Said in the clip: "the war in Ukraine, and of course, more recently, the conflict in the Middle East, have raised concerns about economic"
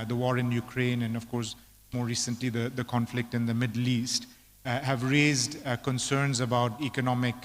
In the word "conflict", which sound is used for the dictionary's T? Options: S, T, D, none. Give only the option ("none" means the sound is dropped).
T